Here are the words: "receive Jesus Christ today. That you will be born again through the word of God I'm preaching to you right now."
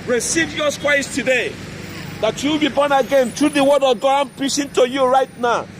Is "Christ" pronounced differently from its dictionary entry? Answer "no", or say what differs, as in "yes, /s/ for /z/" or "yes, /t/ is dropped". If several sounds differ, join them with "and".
yes, /w/ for /ɹ/